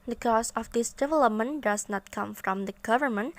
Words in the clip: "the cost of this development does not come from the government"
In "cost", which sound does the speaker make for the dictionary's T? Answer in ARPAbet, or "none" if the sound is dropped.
none